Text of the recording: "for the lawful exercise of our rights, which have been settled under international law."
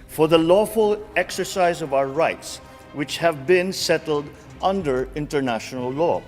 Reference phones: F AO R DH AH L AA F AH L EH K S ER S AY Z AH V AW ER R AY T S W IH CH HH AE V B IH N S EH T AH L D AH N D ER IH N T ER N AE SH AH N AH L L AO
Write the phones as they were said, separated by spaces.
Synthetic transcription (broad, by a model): F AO R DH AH L AA F AH L EH K S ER S AY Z AH V AW ER R AY T S W IH CH HH AE V B IH N S EH T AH L D AH N D ER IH N T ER N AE SH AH N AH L L AO